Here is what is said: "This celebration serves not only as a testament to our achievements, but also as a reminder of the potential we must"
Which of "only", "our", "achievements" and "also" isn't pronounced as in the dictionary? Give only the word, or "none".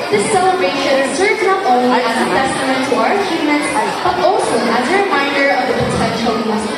achievements